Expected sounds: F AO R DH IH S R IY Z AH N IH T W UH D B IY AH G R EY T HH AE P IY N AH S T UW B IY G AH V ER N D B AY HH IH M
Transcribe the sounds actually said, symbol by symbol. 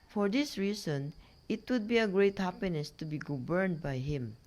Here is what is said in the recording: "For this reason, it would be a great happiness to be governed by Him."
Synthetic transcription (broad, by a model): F AO R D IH S R IY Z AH N IH T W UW D B IY AH G R EY T HH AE P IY N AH S T UW B IY G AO B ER N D B AY HH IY M